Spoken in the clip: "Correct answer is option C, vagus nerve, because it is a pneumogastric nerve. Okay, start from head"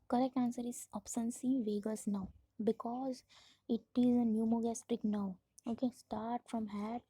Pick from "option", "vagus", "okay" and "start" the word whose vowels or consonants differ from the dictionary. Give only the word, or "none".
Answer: option